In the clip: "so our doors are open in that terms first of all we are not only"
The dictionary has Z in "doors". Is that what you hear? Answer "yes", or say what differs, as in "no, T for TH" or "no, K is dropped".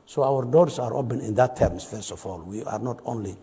no, S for Z